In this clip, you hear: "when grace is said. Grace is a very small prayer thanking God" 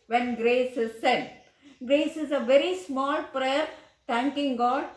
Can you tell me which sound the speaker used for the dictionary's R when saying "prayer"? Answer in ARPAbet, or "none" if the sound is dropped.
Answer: R